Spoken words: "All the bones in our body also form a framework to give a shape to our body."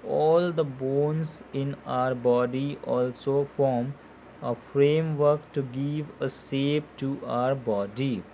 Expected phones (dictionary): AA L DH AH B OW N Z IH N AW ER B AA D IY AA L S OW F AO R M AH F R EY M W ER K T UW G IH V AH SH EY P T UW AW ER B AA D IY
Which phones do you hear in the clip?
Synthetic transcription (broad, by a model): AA L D AH B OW N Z IH N AW ER B AA D IY AA L S OW F AO R M AH F R EY M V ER K T UW G IH V AH S EY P T UW AW ER B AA D IY